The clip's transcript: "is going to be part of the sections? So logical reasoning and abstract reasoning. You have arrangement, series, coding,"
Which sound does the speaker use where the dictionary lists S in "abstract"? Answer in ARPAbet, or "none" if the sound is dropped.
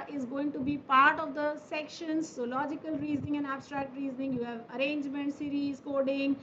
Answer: S